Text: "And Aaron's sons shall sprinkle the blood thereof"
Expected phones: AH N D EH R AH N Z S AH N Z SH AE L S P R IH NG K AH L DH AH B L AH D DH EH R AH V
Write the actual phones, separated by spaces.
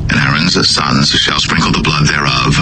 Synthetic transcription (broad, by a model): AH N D EH R AH N Z S AH N Z SH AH L S P R IH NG K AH L DH AH B L AH D DH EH R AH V